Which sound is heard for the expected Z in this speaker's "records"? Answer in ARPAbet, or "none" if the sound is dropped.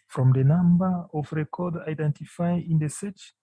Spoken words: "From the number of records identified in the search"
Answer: none